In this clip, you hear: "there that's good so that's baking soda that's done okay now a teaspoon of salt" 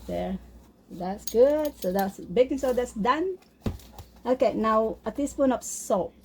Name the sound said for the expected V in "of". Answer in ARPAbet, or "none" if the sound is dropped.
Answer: P